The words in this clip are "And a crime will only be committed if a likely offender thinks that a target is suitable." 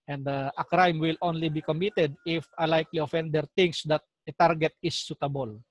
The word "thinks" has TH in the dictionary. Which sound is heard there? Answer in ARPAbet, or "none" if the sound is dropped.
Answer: T